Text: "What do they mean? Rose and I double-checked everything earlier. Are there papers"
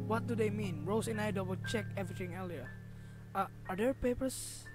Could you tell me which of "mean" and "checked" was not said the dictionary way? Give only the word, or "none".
checked